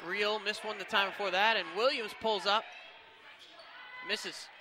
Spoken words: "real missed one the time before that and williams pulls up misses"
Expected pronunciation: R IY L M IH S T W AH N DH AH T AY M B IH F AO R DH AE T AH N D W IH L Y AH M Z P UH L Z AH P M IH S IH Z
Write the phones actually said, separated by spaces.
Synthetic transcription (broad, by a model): R IY L M IH S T W AH N DH AH T AY M B IH F AO R DH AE T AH N W IH L Y AH M Z P UH L Z AH P M IH S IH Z